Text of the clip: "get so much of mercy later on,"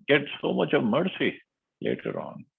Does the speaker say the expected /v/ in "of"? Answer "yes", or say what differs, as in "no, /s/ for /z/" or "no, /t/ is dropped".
yes